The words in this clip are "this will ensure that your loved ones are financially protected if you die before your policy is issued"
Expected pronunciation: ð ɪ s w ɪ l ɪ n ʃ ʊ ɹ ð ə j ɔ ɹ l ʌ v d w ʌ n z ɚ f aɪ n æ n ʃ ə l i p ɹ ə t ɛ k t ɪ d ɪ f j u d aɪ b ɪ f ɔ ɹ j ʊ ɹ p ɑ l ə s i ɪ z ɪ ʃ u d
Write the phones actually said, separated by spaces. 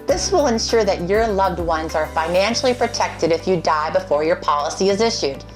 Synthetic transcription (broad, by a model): ð ɪ s w ɪ l ɪ n ʃ ʊ ɹ ð ə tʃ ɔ ɹ l ʌ v d w ʌ n z ɚ f aɪ n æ n ʃ l i p ɹ ə t ɛ k t ɪ d ɪ f j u d aɪ b ɪ f ɔ ɹ j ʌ ɹ p ɑ l ə s i ɪ z ɪ ʃ u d